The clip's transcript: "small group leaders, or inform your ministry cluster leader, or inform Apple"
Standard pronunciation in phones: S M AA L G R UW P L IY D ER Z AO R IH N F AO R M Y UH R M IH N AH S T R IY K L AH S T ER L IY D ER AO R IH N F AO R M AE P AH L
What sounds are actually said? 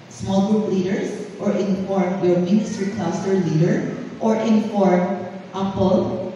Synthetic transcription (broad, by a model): S M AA L G R UW P L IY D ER S AO R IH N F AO R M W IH L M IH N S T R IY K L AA S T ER L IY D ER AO R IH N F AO R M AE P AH L